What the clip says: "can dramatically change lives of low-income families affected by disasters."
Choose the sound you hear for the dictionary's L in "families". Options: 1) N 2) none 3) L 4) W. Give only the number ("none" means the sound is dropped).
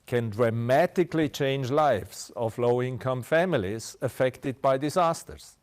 3